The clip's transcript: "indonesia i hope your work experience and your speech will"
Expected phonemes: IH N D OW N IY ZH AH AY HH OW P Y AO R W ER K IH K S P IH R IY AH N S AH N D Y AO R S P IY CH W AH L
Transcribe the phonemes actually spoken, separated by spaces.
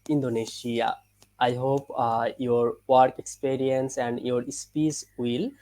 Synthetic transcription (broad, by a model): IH N D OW N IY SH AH AY HH OW P Y AO R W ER K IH K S P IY R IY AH N S AH N D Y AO R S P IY S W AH L